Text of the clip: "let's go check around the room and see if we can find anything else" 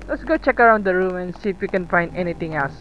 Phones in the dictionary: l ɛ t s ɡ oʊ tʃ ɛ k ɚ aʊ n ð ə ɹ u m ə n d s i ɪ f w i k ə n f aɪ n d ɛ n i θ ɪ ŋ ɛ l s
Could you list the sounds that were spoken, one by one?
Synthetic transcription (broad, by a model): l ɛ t s ɡ oʊ tʃ ɛ k ɚ aʊ n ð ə ɹ u m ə n s i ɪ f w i k ə n f aɪ n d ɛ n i t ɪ ŋ ɛ l s